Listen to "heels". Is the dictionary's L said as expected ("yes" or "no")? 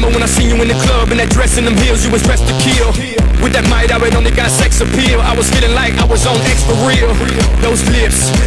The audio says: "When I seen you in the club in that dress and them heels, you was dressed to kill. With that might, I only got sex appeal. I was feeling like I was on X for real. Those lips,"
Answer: yes